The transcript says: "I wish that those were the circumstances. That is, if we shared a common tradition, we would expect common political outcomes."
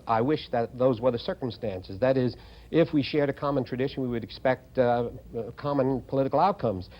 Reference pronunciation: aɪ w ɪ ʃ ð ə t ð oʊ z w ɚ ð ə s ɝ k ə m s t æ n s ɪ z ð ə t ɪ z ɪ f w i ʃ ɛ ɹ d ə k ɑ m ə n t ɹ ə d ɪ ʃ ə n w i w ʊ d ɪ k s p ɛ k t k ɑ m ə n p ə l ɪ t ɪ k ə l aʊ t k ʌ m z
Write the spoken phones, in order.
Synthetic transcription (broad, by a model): aɪ w ɪ ʃ ð ə t ð oʊ z w ɚ ð ə s ɝ k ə m s t æ n s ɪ z ð ə t ɪ z ɪ f w i ʃ ɛ ɹ d ə k ɑ m ə n t ɹ ə d ɪ ʃ ə n w i w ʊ d ɪ k s p ɛ k t k ɑ m ə n p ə l ɪ t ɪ k l aʊ t k ʌ m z